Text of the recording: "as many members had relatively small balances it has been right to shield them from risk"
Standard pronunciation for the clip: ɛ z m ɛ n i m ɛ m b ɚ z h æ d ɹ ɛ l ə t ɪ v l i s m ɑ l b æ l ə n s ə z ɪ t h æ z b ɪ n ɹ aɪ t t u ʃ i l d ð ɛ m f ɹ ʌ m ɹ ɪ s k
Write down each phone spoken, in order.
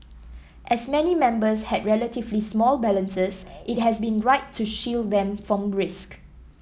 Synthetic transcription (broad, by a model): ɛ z m ɛ n i m ɛ m b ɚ s h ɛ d ɹ ɛ l ə t ɪ v l i s m ɑ l b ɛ l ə n s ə s ɪ t h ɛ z b ɪ n ɹ aɪ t t u ʃ i l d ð ɛ m f ɹ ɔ m ɹ ɪ s k